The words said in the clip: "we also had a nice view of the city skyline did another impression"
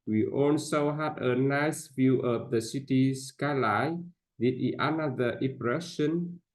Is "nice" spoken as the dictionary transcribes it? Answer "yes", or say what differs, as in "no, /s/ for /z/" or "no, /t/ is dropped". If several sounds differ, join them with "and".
yes